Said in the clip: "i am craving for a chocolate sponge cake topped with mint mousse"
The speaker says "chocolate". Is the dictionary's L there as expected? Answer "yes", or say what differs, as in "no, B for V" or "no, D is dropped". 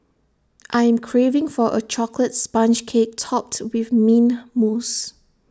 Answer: yes